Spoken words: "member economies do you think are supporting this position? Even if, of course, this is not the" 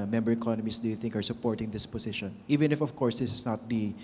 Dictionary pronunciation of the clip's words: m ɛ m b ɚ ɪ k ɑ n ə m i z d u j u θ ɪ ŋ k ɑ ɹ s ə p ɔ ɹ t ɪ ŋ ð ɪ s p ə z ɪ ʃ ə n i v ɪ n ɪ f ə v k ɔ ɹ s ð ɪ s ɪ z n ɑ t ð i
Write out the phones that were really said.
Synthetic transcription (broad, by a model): m ɛ m b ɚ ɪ k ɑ n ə m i s d u j u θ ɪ ŋ k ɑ ɹ s ə p ɔ ɹ t ɪ ŋ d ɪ s p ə s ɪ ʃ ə n i v ɪ n ɪ f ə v k ɔ ɹ s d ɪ s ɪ s n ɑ t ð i